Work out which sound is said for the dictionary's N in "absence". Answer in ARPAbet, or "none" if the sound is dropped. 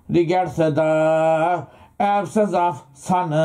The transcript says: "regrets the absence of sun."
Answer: none